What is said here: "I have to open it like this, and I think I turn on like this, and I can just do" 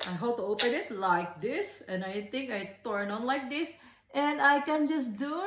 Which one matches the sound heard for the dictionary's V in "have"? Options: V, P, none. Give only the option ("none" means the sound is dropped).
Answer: P